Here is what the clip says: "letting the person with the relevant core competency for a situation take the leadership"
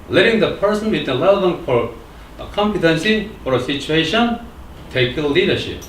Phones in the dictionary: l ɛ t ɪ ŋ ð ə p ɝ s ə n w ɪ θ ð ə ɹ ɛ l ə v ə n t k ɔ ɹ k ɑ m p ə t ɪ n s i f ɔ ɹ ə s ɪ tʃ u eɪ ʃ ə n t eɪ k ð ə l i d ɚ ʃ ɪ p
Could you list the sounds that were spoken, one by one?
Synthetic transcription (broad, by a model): l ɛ t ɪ ŋ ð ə p ɝ s ə n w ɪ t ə l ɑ ə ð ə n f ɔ ɹ k ɑ m p ə t ɪ n s i f ɔ ɹ ə s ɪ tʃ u eɪ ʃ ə n t eɪ k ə l i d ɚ ʃ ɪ p